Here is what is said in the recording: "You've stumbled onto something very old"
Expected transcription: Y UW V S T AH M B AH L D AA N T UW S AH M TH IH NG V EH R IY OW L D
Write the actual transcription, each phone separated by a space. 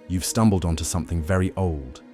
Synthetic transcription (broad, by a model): Y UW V S T AH M B AH L D N T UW S AH M TH IH NG V EH R IY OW L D